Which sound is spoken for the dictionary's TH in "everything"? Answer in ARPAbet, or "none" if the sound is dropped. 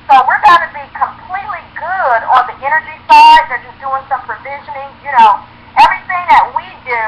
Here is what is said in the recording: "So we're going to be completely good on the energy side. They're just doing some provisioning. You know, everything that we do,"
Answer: TH